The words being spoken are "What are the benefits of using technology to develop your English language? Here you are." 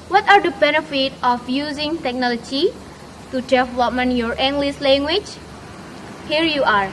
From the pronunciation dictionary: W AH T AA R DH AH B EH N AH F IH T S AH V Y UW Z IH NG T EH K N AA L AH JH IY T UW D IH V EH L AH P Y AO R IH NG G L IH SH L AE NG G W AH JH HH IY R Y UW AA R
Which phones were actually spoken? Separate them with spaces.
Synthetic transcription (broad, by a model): W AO T AA R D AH B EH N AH F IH T AH F Y UW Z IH NG T EH K N AA L AH JH IY T UW D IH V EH L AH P Y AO R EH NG G L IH S L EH NG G W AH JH HH IY R Y UW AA R